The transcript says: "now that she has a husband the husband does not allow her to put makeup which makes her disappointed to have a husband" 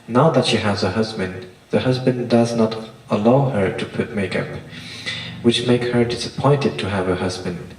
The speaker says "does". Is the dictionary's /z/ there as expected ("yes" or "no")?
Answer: yes